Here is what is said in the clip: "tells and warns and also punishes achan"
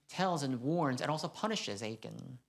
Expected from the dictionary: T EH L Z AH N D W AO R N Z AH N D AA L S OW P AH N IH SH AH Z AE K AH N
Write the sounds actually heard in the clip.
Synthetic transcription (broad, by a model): T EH L Z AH N W AO R N Z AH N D AA L S OW P AH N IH SH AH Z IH K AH N